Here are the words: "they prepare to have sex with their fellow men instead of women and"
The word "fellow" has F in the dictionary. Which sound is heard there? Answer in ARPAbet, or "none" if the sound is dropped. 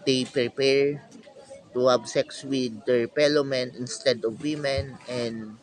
P